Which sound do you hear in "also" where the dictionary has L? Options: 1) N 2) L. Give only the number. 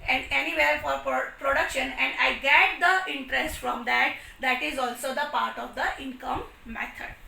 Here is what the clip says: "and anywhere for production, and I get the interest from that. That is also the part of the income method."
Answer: 2